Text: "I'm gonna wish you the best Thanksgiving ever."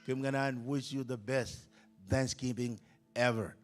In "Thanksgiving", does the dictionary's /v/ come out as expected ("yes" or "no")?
no